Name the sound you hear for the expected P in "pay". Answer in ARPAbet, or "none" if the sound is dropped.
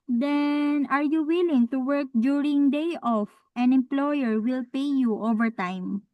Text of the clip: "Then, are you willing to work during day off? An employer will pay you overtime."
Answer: P